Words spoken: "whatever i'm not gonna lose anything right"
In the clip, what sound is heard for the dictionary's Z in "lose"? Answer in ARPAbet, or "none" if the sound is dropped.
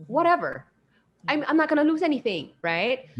Z